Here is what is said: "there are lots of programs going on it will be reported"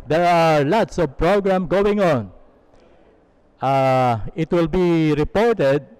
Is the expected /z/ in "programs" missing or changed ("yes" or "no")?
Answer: yes